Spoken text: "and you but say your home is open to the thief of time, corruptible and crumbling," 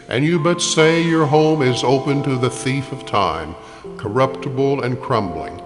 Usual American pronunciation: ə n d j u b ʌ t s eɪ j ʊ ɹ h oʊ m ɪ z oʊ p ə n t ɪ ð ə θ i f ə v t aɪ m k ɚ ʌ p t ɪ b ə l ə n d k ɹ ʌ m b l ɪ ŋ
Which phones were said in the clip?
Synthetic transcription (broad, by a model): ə n j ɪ b ʌ t s eɪ j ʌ ɹ h oʊ m ɪ z oʊ p ə n t ɪ ð ə θ i f ə v t aɪ m k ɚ ʌ p t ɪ b l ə n k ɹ ʌ m b l ɪ ŋ